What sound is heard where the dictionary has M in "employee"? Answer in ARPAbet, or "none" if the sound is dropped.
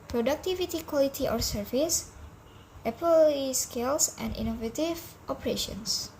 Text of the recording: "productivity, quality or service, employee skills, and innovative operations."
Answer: none